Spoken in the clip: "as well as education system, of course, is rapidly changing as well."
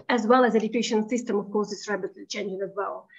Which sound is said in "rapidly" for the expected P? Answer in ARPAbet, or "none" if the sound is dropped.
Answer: B